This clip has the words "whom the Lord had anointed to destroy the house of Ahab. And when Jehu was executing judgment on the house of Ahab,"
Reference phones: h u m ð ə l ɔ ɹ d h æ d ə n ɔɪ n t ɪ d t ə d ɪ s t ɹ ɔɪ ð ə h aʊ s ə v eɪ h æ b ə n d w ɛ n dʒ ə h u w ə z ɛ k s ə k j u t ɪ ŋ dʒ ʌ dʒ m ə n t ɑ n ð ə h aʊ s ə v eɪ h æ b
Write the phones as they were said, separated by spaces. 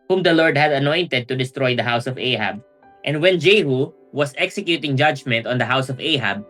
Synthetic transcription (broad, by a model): h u m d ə l ɔ ɹ d h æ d ə n ɔɪ n t ɪ d t ə d ɪ s t ɹ ɔɪ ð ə h aʊ s ə v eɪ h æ b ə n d w ɛ n dʒ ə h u w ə s ɛ k s ə k j u t ɪ ŋ dʒ ʌ dʒ m ə n t ɑ n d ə h aʊ s ə v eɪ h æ b